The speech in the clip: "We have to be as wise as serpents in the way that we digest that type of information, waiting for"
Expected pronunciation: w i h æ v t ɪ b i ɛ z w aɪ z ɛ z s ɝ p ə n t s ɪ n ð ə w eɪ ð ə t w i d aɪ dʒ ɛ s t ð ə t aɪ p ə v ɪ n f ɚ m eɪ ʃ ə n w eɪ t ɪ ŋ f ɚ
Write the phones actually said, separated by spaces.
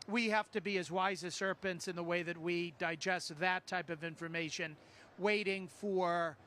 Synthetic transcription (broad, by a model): w i h æ f t ɪ b i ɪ z w aɪ z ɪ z s ɝ p ə n t s ɪ n ð ə w eɪ ð ə t w i d aɪ dʒ ɛ s t ð ə t aɪ p ə v ɪ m f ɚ m eɪ ʃ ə n w eɪ t ɪ ŋ f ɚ